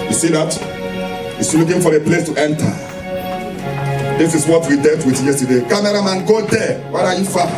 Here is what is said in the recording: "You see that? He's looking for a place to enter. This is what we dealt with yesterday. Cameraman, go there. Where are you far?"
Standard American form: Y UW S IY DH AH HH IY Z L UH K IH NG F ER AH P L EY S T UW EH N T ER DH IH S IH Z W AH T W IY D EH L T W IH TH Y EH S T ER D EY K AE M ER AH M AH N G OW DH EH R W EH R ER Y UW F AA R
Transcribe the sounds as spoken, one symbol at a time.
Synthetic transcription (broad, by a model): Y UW S IY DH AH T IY S L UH K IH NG F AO AH P L EY S T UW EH N T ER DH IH S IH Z W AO T W IY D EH T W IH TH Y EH S T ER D EY K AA M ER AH M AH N G OW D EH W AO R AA Y UW F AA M